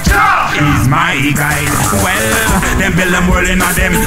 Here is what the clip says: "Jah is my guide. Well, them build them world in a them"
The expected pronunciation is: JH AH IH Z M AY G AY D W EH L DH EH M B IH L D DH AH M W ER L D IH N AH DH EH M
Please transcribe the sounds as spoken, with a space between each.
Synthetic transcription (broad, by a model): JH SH IH Z M AY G AY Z W EH L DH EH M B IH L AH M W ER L IH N AH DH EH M